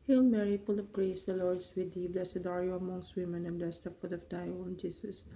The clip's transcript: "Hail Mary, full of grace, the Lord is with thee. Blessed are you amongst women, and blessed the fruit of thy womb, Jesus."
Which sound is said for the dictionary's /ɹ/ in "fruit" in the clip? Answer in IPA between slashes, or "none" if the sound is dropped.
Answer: none